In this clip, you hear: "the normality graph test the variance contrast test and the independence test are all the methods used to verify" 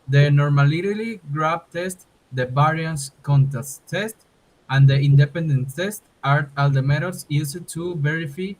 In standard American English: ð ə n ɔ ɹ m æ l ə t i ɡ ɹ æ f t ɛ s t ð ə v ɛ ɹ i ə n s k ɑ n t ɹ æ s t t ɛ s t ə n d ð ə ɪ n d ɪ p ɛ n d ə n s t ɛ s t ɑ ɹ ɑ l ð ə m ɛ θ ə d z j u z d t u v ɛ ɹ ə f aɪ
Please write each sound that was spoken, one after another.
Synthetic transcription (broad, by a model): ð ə n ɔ ɹ m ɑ l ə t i ɡ ɹ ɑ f t ɛ s t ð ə b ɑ ɹ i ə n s k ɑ n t æ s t t ɛ s t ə n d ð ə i n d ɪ p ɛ n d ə n t ɛ s t ɑ ɹ ɑ l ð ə m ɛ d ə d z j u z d t u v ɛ ɹ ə f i